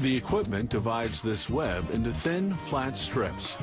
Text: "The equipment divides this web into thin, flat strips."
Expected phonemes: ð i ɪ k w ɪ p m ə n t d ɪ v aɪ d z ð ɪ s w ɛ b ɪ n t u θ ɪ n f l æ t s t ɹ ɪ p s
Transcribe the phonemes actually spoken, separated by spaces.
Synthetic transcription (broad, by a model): ð i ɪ k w ɪ p m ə n d ɪ v aɪ d z ð ɪ s w ɛ b ɪ n t u θ ɪ n f l æ t s t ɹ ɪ p s